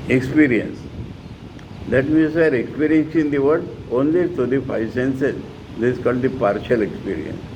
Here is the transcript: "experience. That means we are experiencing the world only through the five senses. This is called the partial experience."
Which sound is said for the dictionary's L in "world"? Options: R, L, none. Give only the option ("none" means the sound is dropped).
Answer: none